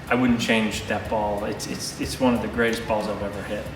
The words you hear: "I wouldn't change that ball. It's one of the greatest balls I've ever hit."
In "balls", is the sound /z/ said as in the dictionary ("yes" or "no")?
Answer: yes